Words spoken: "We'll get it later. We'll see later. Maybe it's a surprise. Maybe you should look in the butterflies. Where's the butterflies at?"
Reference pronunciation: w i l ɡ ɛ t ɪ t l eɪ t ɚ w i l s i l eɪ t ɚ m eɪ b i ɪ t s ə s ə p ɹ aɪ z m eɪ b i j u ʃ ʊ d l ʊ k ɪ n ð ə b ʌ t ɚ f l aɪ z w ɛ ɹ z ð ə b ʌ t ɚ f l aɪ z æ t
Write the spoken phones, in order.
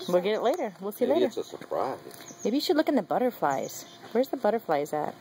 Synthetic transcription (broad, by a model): w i l ɡ ɛ t ɪ t l eɪ t ɚ w i l s i l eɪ eɪ i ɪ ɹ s ə s ə p ɹ aɪ z m eɪ b i j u ʃ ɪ d l ʊ k ɪ n ð ə b ʌ t ɚ f l aɪ z w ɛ ɹ z ð ə b ʌ t ɚ f l aɪ z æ t